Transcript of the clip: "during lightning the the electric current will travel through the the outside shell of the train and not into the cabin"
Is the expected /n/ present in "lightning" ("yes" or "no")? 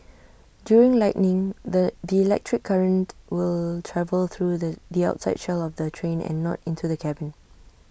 yes